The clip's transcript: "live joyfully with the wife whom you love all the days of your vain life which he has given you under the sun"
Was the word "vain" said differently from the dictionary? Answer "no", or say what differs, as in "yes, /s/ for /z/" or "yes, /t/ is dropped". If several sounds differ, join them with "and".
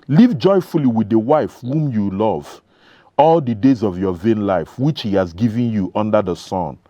no